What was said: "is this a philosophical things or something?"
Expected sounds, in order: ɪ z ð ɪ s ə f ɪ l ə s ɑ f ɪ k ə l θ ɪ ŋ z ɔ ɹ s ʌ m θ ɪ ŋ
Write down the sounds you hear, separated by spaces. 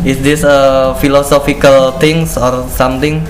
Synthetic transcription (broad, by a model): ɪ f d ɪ s ə f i l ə s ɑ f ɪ k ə l t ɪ ŋ s ɔ ɹ s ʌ m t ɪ ŋ